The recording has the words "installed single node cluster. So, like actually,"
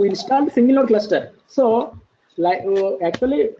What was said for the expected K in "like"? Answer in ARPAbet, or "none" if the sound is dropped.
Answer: none